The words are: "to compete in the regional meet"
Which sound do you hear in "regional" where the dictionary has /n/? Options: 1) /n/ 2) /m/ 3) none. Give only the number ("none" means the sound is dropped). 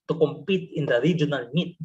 1